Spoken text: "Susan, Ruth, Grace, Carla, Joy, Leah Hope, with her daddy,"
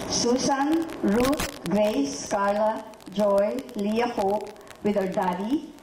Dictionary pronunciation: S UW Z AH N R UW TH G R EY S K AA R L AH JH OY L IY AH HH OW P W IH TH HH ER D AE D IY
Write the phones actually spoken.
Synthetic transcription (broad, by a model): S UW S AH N R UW T G R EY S K AA R L AH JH OY L IY AH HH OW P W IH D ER D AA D IY